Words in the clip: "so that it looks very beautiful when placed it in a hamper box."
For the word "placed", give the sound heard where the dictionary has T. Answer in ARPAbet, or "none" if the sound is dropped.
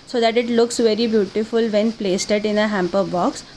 T